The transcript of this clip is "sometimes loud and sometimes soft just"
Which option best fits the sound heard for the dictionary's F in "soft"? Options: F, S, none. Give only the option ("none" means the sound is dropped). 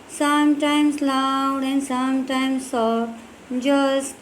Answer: none